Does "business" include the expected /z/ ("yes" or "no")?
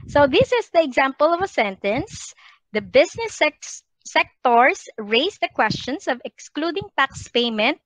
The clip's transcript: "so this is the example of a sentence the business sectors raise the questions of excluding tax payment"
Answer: no